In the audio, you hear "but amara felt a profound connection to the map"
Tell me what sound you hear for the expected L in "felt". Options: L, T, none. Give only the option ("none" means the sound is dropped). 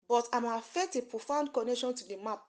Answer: none